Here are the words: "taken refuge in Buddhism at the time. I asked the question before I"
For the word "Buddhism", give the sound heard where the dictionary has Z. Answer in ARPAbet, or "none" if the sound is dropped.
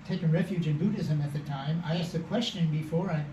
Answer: Z